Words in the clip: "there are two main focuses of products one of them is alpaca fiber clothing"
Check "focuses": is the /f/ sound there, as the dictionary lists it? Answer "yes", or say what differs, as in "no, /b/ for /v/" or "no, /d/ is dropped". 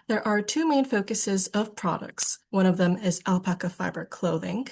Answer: yes